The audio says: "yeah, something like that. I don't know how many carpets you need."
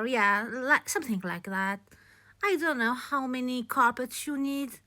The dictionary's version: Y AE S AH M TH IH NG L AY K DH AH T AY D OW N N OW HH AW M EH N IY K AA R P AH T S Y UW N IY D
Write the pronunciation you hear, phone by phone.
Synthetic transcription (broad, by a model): Y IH S AH M TH IH NG L AY K DH AH T AY D OW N N OW HH AW M EH N IY K AA R P AH T S Y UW N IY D